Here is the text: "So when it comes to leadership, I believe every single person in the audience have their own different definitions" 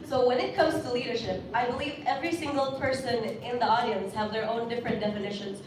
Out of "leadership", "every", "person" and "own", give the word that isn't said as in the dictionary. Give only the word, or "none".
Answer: none